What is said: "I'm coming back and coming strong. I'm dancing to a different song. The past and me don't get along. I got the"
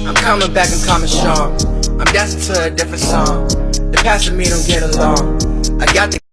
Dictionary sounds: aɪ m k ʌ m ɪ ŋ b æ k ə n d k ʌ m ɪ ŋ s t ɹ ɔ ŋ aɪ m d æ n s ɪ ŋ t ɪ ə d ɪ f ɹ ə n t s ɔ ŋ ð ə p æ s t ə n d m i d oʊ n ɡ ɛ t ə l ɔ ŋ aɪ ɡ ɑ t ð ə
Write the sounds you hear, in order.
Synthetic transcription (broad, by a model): aɪ m k ʌ m ɪ ŋ b æ k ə n k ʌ m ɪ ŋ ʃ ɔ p aɪ m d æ s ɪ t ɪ ə d ɪ f ɹ ə n t s ɔ ŋ ð ə p æ s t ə m i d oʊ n ɡ ɛ t ə l ɔ ŋ aɪ ɡ ɑ t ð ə